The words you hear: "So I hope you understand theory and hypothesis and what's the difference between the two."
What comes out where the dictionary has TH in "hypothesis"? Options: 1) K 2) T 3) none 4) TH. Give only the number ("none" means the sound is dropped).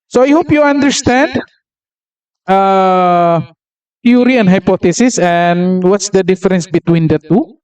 2